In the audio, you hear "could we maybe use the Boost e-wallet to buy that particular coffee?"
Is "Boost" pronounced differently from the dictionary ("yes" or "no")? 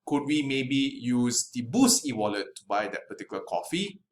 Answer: yes